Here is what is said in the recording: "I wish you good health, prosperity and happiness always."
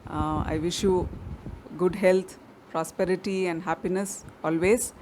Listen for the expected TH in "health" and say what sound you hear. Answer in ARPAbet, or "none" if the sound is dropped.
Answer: T